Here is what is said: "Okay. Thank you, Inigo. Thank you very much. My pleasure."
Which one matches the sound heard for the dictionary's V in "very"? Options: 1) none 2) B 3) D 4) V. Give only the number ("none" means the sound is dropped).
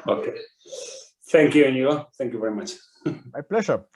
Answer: 4